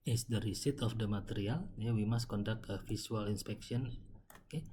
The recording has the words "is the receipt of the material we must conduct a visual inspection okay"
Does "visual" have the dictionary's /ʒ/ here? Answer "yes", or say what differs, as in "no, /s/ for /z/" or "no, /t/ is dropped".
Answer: no, /s/ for /ʒ/